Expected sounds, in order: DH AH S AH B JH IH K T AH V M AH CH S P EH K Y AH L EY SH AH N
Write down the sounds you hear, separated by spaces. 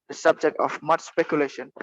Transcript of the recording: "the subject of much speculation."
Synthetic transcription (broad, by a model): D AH S AH B JH IH K T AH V M AH CH S P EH K Y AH L EY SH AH N